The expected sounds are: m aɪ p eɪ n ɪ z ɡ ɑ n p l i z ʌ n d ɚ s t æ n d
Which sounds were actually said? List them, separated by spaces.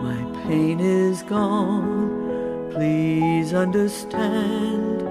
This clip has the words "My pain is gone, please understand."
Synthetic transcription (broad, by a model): m aɪ p eɪ n ɪ z ɡ ɑ n p l i z ʌ n d ɚ s t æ n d